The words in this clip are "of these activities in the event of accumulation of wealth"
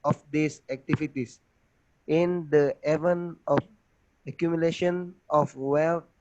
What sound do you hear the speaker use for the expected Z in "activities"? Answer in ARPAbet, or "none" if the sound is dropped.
S